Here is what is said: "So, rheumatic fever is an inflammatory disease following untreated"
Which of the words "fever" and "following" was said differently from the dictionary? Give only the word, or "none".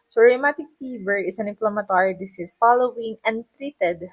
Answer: fever